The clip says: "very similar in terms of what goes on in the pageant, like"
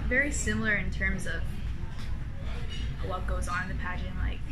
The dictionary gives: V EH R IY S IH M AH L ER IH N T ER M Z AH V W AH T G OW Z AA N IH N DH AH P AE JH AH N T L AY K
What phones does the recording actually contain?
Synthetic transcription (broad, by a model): V EH R IY S IH M L ER IH N T ER M Z AH V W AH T G OW Z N IH N DH AH P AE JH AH N L AY K